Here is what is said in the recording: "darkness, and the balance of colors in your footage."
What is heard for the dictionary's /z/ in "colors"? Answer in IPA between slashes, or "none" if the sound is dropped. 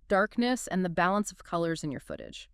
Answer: /z/